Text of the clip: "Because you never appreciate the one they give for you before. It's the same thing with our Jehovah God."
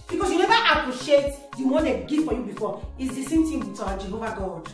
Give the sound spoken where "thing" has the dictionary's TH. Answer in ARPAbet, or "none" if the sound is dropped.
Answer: T